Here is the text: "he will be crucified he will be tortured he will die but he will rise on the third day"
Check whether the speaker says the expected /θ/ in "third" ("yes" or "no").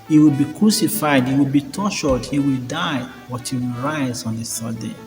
no